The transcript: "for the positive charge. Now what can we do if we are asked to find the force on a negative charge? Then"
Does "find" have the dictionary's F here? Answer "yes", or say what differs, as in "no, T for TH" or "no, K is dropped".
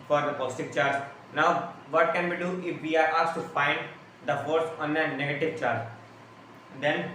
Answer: no, P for F